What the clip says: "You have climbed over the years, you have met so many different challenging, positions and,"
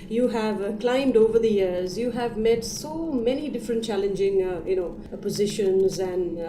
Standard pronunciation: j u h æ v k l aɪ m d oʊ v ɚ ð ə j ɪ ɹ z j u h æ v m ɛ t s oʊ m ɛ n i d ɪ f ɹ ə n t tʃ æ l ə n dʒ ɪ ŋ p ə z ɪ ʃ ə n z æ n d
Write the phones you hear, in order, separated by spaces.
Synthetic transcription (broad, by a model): j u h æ v k l aɪ m d oʊ v ɚ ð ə j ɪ ɹ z j u h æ v m ɛ t s oʊ m ɛ n i d ɪ f ɹ ə n t tʃ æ l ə n dʒ ɪ ŋ p ə z ɪ ʃ ə n z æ n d